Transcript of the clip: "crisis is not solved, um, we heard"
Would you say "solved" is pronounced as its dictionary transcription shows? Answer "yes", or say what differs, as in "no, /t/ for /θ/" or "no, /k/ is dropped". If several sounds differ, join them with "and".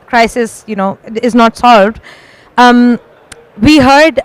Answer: yes